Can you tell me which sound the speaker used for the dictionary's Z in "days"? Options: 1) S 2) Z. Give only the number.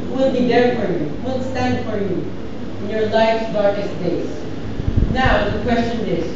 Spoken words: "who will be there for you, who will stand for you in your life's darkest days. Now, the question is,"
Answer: 1